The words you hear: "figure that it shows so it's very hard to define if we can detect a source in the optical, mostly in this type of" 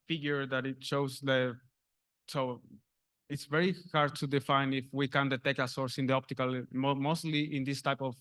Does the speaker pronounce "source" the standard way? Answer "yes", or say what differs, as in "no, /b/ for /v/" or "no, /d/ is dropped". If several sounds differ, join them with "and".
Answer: yes